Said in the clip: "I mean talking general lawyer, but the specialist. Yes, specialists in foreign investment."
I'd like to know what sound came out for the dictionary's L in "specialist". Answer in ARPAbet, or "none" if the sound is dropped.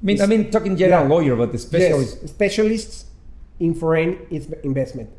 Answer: none